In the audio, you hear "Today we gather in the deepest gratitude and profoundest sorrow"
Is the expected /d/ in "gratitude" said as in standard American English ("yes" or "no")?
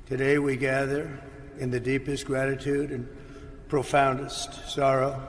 yes